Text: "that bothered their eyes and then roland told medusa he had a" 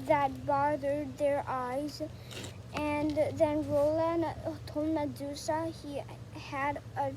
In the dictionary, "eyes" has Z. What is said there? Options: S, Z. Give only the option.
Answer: Z